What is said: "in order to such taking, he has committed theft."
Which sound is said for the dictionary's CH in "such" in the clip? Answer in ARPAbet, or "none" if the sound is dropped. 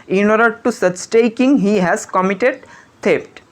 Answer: S